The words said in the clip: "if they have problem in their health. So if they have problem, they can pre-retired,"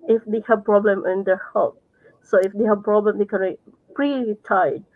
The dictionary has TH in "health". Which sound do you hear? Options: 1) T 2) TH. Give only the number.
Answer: 1